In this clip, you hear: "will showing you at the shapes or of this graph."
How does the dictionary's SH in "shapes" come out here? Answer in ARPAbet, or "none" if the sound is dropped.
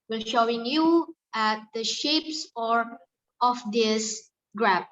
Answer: SH